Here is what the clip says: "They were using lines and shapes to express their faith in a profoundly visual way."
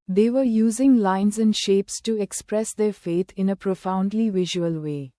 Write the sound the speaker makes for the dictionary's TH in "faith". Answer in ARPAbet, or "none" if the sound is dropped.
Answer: T